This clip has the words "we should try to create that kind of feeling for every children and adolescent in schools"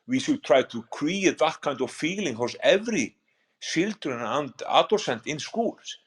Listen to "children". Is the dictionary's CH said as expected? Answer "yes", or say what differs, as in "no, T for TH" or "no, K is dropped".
no, S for CH